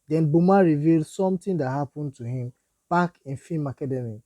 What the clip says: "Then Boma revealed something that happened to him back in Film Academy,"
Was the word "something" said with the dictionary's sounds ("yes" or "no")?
no